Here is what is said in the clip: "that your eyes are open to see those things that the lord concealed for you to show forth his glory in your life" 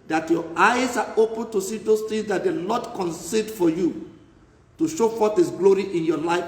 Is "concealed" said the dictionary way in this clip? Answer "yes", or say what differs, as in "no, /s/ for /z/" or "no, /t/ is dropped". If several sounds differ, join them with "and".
no, /l/ is dropped